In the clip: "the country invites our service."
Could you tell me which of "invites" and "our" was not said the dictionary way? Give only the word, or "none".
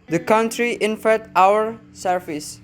invites